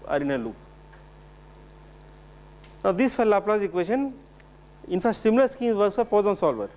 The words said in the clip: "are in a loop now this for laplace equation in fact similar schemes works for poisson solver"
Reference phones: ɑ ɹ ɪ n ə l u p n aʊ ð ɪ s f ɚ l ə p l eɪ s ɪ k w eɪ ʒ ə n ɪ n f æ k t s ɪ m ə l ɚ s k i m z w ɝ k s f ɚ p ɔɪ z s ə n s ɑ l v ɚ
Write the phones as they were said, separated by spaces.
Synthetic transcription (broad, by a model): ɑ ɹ ɪ n ə l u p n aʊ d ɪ s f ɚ l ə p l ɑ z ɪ k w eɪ ʃ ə n ɪ n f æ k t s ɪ m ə l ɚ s k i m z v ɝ s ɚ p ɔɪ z ə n s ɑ l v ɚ